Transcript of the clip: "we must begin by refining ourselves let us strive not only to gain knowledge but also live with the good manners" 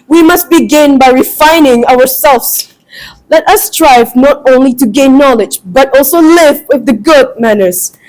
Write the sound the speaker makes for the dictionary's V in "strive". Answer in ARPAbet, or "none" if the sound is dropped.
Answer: V